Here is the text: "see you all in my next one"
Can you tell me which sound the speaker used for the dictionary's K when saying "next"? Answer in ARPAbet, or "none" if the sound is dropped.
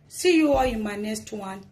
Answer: none